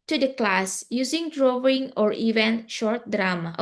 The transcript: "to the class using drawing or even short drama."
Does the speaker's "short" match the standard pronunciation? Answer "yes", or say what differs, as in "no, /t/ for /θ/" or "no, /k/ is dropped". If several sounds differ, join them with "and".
yes